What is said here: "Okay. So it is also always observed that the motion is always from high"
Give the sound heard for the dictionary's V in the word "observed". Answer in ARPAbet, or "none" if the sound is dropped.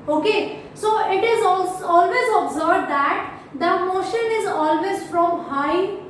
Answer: B